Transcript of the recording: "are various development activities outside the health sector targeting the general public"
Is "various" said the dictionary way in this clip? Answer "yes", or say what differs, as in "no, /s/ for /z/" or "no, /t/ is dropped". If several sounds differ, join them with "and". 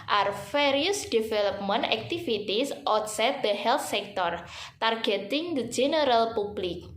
no, /f/ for /v/